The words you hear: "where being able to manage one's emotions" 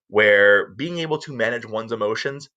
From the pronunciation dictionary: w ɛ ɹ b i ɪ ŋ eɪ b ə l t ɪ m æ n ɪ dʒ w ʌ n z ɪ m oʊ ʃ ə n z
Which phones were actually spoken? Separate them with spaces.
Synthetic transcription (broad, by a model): w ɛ ɹ b i ɪ ŋ eɪ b l t ɪ m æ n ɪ dʒ w ʌ n z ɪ m oʊ ʃ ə n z